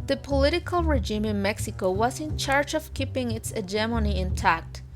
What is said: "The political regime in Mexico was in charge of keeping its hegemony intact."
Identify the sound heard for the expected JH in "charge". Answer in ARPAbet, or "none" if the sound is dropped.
JH